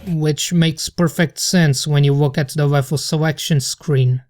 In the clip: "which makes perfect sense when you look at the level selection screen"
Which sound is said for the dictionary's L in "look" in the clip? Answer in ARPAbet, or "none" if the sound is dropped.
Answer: W